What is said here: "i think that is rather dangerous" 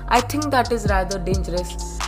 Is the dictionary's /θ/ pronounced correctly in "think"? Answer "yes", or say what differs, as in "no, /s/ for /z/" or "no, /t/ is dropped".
no, /t/ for /θ/